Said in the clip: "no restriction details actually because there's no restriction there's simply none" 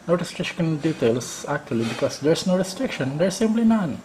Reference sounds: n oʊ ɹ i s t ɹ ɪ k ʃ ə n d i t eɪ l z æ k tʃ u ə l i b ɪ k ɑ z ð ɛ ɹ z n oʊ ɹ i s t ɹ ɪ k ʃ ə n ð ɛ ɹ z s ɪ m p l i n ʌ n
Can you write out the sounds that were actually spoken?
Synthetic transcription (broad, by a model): n oʊ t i s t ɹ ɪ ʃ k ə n d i t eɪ l s æ k tʃ u ə l i b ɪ k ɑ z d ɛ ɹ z n oʊ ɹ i s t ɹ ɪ k ʃ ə n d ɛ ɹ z s ɪ m p l i n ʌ n